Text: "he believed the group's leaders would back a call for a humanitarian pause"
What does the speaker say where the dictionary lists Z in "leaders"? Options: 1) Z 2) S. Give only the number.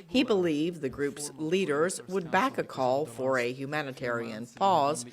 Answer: 1